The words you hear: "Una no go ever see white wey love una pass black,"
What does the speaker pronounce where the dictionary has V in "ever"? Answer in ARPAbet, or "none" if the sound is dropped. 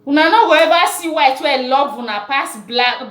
B